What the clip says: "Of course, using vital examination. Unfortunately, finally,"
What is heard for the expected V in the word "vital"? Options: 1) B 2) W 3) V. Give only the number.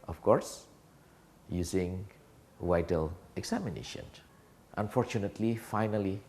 2